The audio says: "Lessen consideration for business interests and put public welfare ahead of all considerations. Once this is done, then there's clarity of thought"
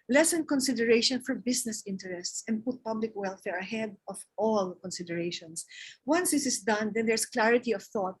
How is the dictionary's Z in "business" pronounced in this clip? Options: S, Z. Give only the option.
S